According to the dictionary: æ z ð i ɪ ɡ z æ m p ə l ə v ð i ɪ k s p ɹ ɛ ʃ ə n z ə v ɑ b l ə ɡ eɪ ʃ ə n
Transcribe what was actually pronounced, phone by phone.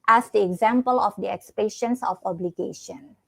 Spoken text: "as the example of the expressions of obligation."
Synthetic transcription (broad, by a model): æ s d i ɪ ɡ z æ m p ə l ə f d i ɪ k s p ɛ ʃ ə n s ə f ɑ b l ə ɡ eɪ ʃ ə n